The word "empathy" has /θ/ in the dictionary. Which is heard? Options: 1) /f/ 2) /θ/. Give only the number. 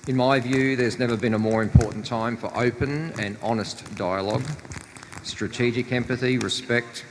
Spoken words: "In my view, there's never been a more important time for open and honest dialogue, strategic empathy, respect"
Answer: 2